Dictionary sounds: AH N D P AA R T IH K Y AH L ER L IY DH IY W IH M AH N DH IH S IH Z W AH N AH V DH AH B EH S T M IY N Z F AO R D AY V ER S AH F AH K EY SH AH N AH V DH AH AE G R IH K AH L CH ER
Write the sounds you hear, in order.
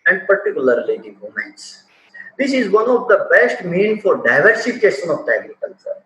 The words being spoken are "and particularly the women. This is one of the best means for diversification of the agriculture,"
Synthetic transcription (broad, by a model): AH N D P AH R T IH K Y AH L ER L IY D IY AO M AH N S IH S IH Z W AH N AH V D AH B EH S T M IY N F AO R D AY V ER S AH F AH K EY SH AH N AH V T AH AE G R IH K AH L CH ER